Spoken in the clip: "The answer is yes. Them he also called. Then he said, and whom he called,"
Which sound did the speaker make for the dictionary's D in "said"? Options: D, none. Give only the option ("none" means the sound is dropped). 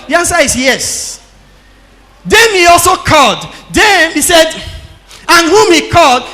D